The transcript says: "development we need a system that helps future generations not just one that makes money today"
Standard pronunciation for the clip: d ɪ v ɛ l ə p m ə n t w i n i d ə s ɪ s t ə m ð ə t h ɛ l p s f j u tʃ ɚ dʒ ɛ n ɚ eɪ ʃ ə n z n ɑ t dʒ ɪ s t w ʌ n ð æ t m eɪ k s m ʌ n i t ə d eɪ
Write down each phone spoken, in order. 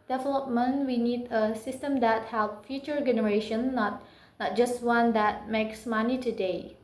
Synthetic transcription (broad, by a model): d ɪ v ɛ l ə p m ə n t w i n i d ə s ɪ s t ə m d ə t h ɛ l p f j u tʃ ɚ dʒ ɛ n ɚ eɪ ʃ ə n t n ɑ t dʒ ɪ s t w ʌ n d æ t m eɪ k s m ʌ n i t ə d eɪ